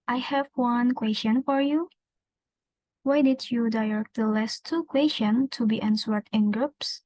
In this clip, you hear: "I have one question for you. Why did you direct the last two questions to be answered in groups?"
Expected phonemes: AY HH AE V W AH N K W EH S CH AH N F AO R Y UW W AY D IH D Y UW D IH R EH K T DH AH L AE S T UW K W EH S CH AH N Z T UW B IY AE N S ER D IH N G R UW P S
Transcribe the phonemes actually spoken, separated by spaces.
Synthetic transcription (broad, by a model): AY HH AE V W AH N K W EH S CH AH N F AO R Y UW W AY D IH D Y UW D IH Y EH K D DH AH L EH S T UW K W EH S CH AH N T UW B IY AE N S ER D IH N G R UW P S